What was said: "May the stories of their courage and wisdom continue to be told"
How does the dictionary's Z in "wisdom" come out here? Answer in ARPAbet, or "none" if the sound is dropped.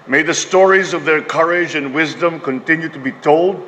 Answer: Z